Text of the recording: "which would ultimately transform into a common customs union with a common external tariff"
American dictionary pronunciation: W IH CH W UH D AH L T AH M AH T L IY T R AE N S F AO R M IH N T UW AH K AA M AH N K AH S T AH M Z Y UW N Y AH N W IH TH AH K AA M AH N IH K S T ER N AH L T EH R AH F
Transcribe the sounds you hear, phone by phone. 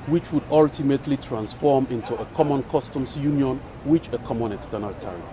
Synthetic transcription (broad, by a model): W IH CH W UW D AH L T AH M AH T L IY T R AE N S F AO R M IH N T UW AH K AA M AH N K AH S T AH M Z Y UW N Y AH N W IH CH AH K AA M AH N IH K S T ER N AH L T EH R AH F